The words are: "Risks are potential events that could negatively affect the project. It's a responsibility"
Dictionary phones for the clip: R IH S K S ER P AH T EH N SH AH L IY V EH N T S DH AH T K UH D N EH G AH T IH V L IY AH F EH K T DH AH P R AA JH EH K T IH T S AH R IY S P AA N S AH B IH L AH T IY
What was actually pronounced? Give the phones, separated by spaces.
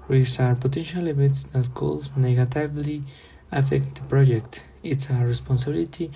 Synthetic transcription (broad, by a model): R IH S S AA P AH T EH N SH AH L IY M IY T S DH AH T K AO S N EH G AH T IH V L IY AH F EH K T P R AA JH EH K T IH T S AH R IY S P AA N S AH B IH L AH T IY